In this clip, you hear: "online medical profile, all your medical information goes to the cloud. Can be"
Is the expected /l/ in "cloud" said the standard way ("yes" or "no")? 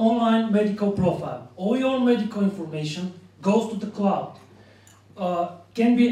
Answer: yes